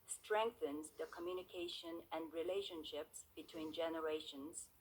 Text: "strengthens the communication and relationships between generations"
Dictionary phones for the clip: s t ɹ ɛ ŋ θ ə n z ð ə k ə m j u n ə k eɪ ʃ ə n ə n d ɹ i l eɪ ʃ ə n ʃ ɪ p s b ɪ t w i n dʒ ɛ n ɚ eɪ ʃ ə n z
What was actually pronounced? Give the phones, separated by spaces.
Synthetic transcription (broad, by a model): s t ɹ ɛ ŋ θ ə n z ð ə k ə m j u n ə k eɪ ʃ ə n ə n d ɹ i l eɪ ʃ ə n ʃ ɪ p s b ɪ t w i n dʒ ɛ n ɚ eɪ ʃ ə n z